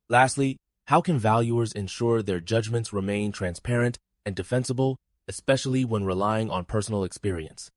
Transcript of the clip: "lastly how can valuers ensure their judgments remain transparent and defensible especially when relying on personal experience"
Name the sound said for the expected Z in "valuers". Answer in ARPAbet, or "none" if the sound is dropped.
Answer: Z